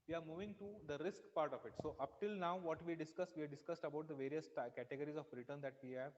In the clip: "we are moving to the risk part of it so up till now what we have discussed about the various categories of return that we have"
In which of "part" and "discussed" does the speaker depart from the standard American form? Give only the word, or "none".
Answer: none